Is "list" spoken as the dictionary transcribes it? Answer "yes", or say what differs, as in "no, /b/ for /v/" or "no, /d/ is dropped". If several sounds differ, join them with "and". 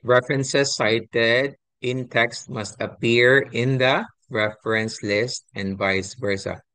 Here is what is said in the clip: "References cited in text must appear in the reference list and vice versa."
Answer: yes